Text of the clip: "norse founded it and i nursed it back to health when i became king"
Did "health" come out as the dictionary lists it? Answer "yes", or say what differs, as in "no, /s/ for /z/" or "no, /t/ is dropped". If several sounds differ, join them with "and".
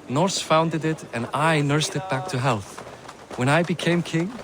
yes